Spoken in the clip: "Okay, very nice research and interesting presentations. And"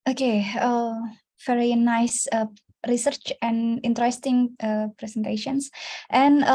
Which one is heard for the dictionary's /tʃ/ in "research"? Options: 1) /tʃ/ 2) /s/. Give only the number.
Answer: 1